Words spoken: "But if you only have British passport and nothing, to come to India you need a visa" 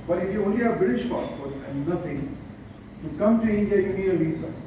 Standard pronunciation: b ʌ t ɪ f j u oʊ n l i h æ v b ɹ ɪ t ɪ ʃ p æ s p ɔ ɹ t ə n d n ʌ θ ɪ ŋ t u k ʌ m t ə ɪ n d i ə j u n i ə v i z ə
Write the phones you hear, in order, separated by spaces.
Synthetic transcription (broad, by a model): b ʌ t ɪ f j u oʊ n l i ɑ b ɹ ɪ t ɪ ʃ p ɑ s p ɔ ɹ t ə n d n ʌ t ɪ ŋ t u k ʌ m t ə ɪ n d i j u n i ə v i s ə